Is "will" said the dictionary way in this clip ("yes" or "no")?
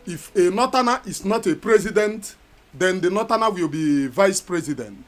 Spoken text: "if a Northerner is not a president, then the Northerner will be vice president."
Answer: yes